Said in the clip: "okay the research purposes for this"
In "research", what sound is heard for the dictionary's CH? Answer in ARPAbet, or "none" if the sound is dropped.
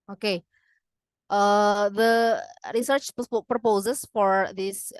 CH